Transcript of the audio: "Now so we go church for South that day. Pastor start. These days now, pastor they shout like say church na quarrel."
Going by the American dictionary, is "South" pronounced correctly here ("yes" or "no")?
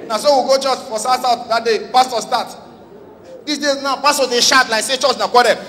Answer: no